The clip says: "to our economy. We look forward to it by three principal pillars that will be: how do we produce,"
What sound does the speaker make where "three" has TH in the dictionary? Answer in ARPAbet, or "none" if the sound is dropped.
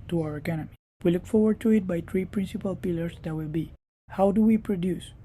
T